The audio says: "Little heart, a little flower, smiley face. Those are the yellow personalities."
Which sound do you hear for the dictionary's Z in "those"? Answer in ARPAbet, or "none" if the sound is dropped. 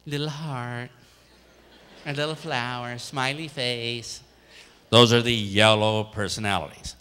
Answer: Z